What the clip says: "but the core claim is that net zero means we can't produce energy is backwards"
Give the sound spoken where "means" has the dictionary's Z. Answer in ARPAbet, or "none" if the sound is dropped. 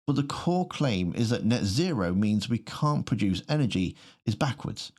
Z